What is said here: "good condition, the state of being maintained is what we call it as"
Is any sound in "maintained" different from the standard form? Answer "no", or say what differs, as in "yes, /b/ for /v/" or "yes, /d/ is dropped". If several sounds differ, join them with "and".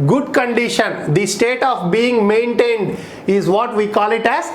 no